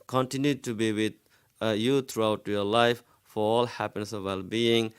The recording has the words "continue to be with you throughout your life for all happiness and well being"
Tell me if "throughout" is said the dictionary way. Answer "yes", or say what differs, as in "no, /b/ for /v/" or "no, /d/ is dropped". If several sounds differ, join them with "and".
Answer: no, /t/ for /θ/